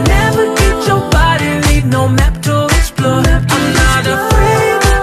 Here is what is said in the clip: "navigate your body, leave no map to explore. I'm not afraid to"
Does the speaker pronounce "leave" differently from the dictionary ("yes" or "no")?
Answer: yes